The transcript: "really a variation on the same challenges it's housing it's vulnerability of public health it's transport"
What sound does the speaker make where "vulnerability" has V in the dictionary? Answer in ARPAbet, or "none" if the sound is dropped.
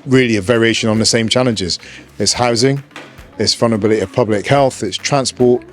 F